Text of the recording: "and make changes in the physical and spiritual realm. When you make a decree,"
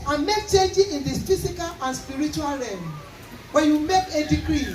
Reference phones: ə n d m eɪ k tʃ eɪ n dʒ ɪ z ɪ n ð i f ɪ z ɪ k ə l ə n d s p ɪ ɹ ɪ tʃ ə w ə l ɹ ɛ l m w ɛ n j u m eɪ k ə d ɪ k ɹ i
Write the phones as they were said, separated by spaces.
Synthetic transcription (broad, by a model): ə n m eɪ k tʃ eɪ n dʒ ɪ ɪ n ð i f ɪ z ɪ k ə l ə n s p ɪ ɹ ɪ tʃ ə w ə l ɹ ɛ m w ɛ n j u m eɪ k ə d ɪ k ɹ i